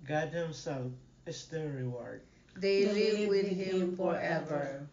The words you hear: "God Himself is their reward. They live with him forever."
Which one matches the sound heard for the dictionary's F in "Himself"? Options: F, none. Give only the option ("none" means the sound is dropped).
none